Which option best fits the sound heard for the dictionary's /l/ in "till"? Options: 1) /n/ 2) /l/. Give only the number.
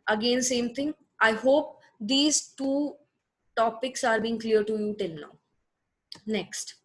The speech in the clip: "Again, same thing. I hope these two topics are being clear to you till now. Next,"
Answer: 1